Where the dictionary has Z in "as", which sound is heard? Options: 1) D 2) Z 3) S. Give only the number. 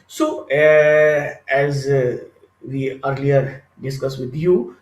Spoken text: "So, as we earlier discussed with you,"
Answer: 2